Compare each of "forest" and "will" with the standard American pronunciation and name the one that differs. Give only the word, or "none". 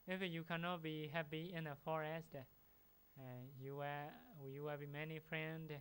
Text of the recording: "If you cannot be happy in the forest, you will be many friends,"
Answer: will